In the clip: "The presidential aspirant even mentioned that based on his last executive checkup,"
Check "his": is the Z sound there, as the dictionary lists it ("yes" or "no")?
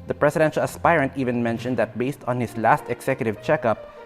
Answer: no